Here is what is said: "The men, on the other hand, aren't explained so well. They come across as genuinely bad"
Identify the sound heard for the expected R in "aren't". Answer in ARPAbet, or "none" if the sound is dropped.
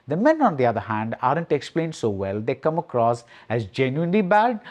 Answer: R